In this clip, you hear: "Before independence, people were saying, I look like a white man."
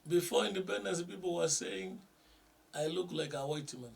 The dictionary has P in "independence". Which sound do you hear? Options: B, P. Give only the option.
B